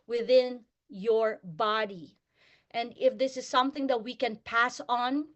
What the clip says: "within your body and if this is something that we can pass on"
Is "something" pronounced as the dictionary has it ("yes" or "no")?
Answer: yes